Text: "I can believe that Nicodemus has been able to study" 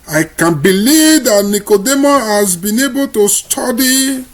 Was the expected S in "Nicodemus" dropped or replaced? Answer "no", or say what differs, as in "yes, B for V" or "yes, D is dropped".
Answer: yes, S is dropped